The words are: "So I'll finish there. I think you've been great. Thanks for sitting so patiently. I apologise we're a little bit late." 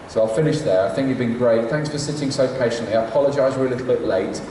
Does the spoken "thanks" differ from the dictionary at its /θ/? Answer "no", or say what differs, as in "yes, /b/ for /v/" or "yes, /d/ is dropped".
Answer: no